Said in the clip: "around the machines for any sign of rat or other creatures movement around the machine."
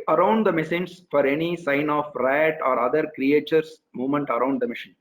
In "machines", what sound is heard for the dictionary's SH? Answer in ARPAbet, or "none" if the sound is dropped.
S